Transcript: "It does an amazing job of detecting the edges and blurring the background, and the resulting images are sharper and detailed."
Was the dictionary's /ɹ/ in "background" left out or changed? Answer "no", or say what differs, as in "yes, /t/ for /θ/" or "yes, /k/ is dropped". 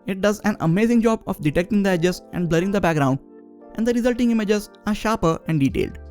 no